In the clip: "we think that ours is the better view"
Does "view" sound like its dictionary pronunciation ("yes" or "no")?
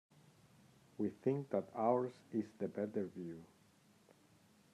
yes